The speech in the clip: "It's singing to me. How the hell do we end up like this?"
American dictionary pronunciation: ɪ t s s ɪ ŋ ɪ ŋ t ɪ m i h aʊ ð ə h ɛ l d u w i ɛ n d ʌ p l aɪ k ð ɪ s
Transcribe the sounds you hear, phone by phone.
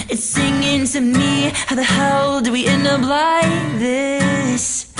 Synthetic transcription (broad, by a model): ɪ t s s ɪ ŋ ɪ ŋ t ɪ m i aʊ ð ə h ɛ l d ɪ w i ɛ n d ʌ b l aɪ ð ɪ s